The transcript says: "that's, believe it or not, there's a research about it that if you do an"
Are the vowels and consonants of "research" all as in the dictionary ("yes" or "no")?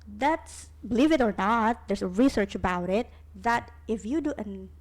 yes